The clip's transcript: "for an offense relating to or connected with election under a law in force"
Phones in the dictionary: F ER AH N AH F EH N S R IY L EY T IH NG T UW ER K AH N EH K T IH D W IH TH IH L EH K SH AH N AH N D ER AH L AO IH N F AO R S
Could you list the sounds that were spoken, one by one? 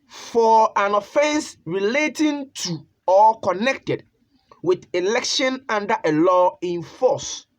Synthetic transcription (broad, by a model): F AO AH N AH F EH N S R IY L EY T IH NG T UW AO K AH N EH K T IH D W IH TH IH L EH K SH AH N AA N D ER AH L AO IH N F AO S